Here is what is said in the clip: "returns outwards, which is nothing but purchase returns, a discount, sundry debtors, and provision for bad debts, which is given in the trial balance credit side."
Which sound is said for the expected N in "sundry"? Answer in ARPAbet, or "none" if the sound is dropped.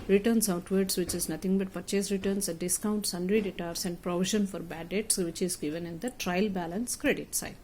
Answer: N